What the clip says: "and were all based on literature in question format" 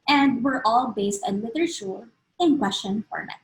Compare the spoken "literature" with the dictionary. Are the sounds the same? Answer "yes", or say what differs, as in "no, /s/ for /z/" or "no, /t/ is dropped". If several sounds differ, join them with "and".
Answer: no, /w/ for /l/